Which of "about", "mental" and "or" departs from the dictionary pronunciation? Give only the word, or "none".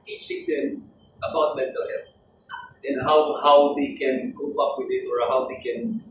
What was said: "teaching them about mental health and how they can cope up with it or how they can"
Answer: none